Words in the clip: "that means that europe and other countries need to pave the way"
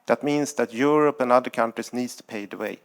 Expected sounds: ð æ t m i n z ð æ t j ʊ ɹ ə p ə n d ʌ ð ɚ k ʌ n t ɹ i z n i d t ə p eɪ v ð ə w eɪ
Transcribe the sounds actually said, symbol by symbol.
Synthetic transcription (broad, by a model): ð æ t m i n s ð æ t j ʊ ɹ ə p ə n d ʌ ð ɚ k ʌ n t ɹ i s n i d t ə p eɪ ð ə w eɪ